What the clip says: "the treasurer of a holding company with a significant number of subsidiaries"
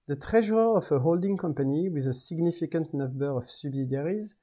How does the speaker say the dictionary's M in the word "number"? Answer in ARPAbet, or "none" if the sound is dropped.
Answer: none